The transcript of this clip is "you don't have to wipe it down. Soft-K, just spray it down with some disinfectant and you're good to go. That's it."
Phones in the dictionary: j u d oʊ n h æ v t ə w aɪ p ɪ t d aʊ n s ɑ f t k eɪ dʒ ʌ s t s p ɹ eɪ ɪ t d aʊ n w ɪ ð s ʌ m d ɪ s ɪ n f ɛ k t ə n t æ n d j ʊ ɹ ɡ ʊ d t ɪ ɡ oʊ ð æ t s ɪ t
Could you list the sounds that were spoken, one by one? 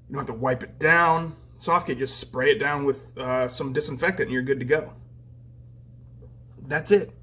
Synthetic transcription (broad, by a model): j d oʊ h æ f t ə w aɪ p ɪ t d aʊ n s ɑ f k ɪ dʒ ʌ s t s p ɹ eɪ ɪ t d aʊ n w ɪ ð s ʌ m d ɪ s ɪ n f ɛ k t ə t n j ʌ ɹ ɡ ʊ d t ɪ ɡ oʊ ð æ t s ɪ t